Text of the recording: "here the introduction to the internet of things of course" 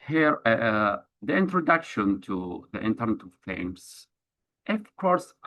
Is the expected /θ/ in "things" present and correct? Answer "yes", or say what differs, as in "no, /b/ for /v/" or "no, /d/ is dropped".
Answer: no, /f/ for /θ/